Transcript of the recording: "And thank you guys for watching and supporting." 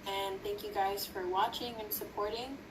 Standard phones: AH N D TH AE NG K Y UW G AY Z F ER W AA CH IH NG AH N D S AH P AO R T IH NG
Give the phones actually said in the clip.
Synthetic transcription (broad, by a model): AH N TH AE NG K Y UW G AY Z F ER W AA CH IH NG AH N S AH P AO R T IH NG